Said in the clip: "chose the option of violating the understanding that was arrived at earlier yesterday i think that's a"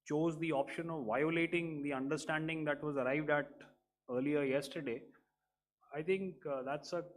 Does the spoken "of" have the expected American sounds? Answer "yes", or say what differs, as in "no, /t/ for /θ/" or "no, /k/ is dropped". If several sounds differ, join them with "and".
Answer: yes